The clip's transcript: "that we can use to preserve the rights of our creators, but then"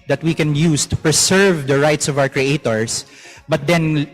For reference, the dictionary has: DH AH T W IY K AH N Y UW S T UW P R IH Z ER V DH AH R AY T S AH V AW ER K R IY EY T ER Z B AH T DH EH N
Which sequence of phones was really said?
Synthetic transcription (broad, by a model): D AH T W IY K AH N Y UW S T UW P R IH S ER V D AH R AY T S AH V AW ER K R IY EY T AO S B AH T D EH N